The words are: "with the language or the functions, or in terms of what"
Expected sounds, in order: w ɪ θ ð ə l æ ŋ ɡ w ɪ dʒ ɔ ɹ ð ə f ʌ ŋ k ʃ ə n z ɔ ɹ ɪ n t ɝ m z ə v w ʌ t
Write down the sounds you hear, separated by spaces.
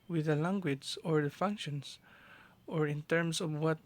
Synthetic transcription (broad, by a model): w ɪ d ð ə l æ ŋ ɡ w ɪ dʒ ɔ ɹ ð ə f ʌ ŋ k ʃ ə n s ɔ ɹ ɪ n t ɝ m s ə v w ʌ t